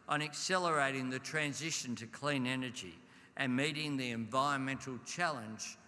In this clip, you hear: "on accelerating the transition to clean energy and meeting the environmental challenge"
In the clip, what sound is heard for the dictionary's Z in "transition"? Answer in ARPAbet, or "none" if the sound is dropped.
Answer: Z